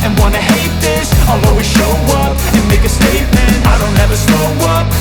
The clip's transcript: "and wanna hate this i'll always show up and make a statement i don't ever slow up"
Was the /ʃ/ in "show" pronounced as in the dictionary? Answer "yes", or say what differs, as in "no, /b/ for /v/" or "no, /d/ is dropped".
yes